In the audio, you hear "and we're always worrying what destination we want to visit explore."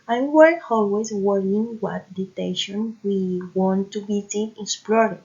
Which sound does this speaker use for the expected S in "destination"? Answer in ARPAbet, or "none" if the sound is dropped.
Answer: none